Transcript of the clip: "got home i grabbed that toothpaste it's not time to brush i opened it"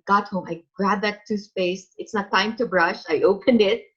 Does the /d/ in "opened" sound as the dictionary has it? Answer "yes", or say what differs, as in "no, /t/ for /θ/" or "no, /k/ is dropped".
yes